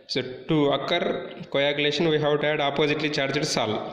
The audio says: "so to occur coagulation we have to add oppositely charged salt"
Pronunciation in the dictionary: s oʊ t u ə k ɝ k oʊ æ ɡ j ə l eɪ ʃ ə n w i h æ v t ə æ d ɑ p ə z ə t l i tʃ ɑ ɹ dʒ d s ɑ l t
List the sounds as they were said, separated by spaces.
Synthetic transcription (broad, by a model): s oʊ t u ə k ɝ k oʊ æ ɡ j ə l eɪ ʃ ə n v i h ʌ w t ə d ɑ p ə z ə t l i tʃ ɑ ɹ dʒ d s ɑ l